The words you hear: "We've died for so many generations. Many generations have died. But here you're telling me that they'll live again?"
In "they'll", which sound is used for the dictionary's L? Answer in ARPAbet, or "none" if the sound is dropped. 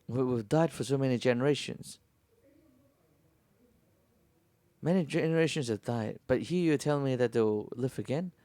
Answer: W